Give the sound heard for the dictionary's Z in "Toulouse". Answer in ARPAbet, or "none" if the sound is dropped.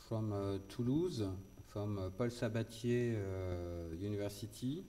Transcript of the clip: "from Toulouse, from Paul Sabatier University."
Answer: Z